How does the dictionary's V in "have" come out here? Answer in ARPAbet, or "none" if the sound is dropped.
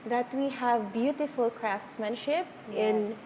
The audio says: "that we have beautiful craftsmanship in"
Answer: V